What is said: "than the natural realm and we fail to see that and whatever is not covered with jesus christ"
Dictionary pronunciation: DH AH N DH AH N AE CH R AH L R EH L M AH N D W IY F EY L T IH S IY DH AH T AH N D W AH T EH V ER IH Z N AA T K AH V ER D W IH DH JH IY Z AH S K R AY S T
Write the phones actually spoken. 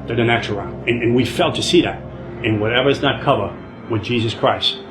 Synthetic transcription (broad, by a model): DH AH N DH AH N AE CH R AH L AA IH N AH N W IY F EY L T IH S IY DH AH T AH N W AH T EH V ER IH Z N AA T K AH V ER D W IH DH JH IY Z AH S K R AY S T